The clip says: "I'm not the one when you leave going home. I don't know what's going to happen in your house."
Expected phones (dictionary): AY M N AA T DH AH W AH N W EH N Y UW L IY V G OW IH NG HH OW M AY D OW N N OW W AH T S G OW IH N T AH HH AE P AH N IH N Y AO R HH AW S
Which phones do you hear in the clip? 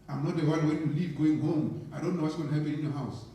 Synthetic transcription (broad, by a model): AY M N AA T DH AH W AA L W EH N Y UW L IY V G OW IH NG HH OW M AY D OW N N OW W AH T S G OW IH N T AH HH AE P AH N IH N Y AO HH AW S